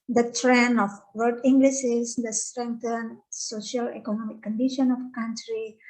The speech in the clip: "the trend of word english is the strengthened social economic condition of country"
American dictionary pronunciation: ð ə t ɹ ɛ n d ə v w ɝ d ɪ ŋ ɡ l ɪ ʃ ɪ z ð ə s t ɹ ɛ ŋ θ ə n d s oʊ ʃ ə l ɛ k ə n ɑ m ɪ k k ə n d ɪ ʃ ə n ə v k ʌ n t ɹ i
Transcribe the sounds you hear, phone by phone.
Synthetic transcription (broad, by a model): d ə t ɹ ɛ n ə f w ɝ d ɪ ŋ ɡ l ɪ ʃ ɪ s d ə s t ɹ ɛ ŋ t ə n s oʊ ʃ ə l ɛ k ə n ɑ m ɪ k k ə n d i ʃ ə n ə f k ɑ n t ɹ i